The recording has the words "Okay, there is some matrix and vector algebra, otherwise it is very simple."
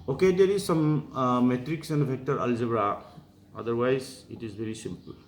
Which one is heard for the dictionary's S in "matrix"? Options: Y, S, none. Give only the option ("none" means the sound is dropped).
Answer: S